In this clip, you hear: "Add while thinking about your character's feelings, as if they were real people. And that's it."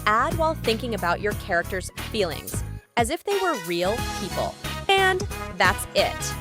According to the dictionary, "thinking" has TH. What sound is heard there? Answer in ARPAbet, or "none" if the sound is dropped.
TH